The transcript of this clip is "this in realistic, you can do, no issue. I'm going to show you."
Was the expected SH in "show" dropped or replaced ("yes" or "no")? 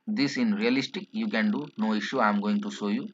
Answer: yes